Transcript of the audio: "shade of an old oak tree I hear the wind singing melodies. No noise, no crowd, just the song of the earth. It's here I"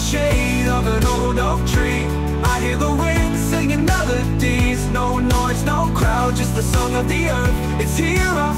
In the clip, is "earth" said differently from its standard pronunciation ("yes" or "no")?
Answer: no